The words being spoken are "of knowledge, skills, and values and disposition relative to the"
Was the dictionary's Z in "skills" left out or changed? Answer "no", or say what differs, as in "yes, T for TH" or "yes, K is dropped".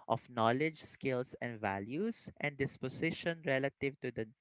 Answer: yes, S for Z